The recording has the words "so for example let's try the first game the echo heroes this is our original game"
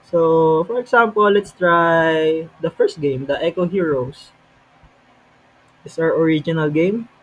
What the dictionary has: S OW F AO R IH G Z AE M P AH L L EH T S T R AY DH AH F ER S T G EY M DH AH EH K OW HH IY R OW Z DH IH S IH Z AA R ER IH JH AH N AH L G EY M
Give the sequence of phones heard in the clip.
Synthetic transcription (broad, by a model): S OW F AO R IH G S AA M P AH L L EH T S T R AY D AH F ER S T G EY M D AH EH K OW HH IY R OW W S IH S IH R AA R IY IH JH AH N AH L G EY M